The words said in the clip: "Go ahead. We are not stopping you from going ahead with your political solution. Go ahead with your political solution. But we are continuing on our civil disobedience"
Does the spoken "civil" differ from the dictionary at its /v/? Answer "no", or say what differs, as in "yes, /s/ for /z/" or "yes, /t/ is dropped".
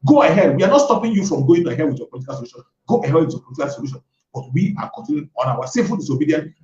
yes, /f/ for /v/